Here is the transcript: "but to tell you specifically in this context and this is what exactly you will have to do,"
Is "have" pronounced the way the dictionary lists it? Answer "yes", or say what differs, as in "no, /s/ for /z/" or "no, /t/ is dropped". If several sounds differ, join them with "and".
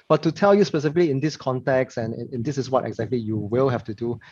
no, /f/ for /v/